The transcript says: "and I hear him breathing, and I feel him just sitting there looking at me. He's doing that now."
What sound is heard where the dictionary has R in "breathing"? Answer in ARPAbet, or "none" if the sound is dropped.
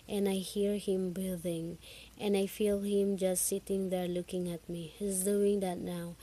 none